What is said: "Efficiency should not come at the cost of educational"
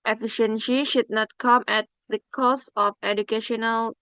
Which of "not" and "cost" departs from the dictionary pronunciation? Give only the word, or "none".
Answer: cost